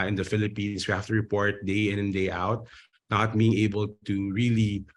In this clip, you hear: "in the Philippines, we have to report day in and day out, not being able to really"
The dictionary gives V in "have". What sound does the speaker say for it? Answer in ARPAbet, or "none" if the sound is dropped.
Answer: F